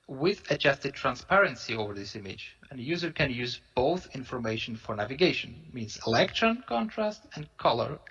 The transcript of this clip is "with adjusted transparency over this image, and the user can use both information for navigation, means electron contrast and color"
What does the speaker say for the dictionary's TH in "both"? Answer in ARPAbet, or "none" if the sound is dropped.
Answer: TH